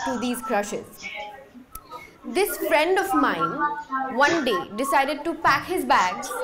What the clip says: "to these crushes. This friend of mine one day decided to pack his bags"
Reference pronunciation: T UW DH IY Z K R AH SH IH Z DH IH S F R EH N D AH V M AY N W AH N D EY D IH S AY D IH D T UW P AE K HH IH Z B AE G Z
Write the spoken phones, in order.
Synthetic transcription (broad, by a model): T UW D IY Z K R AH SH IH Z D IH S F R EH N D AH V M AY N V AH N D EY D IH S AY D IH D T UW P AE K HH IH Z B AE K